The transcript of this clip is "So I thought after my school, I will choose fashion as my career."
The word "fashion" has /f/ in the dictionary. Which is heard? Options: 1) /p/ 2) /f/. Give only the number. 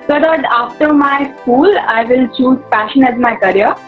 1